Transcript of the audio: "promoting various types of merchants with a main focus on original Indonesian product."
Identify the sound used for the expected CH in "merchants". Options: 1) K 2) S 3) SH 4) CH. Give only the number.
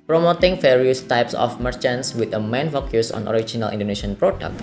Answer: 4